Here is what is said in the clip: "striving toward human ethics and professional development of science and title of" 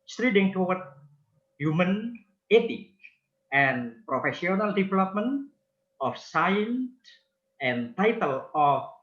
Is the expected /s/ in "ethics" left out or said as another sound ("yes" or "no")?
yes